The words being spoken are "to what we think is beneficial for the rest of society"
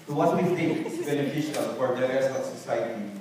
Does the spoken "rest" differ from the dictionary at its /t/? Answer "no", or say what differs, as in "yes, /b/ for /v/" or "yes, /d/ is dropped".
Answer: yes, /t/ is dropped